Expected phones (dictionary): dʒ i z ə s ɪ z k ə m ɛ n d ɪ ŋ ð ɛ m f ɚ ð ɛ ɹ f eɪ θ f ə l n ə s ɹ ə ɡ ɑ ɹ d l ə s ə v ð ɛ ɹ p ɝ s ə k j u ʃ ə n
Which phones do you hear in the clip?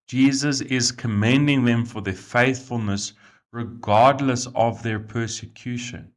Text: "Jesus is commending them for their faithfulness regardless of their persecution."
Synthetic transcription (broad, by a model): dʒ i z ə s ɪ z k ə m ɛ n d ɪ ŋ ð ɛ m f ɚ ð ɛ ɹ f eɪ θ f ə l n ə s ɹ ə ɡ ɑ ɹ d l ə s ə v ð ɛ ɹ p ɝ s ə k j u ʃ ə n